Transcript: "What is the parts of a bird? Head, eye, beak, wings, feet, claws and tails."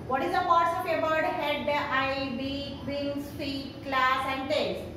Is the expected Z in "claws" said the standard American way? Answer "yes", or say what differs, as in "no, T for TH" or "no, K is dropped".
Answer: no, S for Z